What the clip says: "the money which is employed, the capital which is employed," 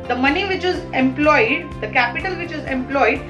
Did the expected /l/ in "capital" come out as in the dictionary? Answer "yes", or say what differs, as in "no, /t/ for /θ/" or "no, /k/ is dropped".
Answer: yes